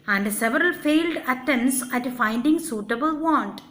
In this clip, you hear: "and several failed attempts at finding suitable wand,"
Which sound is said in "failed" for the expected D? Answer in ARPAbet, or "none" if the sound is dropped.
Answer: D